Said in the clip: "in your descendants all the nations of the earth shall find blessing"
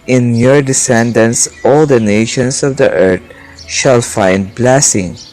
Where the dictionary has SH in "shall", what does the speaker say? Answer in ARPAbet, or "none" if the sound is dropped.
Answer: SH